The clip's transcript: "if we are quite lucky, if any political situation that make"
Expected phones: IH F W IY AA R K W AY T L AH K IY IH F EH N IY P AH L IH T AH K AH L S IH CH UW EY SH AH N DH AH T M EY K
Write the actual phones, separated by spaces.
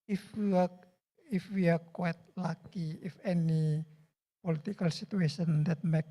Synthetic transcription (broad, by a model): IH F W IY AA W K W AY T L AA K IY IH F EH N IY P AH L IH T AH K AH L S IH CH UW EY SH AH N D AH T M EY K